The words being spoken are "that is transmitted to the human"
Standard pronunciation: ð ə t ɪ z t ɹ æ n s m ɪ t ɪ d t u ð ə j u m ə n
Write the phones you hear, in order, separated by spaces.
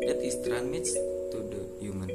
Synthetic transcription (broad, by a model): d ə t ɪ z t ɹ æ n m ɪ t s t u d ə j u m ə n